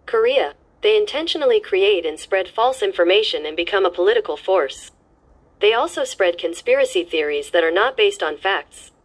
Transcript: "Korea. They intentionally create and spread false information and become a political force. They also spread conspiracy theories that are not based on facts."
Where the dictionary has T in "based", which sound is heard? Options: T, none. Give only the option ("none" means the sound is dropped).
T